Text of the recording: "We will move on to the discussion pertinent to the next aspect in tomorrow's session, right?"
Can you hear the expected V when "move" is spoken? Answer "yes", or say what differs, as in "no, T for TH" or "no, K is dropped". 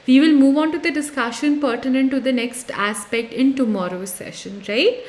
yes